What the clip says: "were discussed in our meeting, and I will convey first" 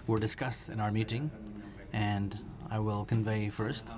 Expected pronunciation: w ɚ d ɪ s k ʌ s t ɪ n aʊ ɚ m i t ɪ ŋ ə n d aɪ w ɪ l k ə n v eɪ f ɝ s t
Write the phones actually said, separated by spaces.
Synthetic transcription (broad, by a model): w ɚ d ɪ s k ʌ s t ɪ n aʊ ɚ m i t ɪ ŋ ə n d aɪ w ɪ l k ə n v eɪ f ɝ s t